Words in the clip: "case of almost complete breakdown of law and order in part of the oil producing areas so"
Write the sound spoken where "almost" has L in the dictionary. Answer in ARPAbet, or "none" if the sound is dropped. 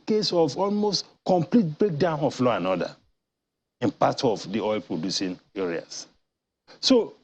L